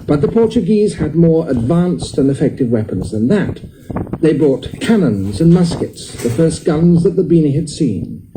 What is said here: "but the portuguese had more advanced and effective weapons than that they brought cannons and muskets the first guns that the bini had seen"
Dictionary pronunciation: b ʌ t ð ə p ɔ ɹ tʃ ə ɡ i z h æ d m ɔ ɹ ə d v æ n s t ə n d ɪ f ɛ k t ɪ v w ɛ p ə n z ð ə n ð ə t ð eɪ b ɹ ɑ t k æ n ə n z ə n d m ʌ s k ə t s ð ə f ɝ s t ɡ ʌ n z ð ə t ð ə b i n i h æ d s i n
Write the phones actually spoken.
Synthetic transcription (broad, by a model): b ʌ t ð ə p ɔ ɹ tʃ ə ɡ i z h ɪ d m ɔ ɹ ə d v æ n s t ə n ɪ f ɛ k t ɪ v w ɛ p ə n z ð ə n ð ə t ð eɪ b ɹ ɑ t k æ n ə n z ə n m ʌ s k ə t s ð ə f ɝ s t ɡ ʌ n z ð ə t ð ə b i n i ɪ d s i n